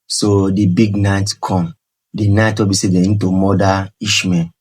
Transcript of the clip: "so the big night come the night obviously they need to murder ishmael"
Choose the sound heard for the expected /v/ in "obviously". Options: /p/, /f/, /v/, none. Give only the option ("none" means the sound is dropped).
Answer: none